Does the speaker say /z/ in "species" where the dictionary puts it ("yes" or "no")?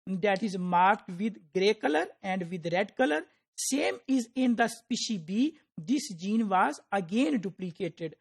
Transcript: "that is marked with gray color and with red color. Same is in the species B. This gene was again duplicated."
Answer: no